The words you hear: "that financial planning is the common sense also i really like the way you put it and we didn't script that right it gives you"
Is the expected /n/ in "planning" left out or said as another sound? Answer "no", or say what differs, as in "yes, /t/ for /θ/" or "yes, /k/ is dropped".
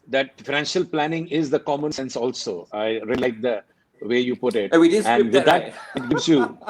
no